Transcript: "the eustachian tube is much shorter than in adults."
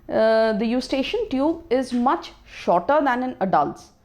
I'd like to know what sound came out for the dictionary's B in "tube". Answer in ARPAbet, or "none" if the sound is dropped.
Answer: B